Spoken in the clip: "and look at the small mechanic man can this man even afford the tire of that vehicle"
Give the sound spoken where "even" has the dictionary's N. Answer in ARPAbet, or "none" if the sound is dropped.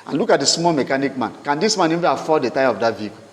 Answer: none